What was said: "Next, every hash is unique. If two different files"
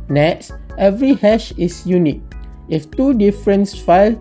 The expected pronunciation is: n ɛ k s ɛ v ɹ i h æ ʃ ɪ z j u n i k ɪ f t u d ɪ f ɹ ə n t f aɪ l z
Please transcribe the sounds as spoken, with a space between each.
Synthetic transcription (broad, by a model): n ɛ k s ɛ v ɹ i h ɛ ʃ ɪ s j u n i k ɪ f t u d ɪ f ɹ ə n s f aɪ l